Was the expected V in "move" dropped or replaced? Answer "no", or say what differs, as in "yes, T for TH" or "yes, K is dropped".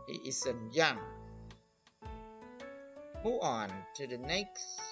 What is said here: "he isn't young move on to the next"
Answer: yes, V is dropped